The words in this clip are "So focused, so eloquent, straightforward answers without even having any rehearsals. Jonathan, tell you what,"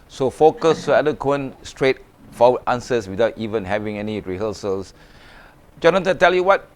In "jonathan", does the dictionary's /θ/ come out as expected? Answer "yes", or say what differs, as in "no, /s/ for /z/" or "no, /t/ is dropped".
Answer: no, /t/ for /θ/